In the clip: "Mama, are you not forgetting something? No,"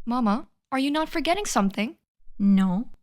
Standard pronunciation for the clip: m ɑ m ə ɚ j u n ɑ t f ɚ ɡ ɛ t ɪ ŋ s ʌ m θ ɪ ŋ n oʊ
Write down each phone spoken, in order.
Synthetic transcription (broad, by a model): m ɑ m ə ɚ j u n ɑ t f ɚ ɡ ɛ t ɪ ŋ s ʌ m θ ɪ ŋ n oʊ